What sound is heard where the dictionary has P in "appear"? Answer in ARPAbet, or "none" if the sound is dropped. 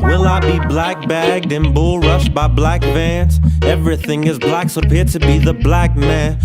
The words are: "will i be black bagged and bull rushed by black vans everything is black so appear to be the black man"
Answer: P